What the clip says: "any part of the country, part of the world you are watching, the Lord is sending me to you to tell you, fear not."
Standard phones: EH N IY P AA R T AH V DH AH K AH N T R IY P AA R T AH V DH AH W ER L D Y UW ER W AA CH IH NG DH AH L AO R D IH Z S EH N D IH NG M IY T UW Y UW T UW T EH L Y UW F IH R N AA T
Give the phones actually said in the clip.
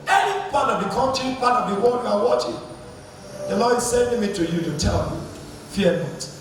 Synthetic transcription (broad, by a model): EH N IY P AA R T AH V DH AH K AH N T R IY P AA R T AH V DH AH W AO D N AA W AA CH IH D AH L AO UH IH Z S EH N D IH NG M IY T UW Y UW T UW T EH L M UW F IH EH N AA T